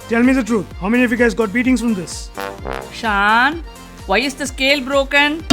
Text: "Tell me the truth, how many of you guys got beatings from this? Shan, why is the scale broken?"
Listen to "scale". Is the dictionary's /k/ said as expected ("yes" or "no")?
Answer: yes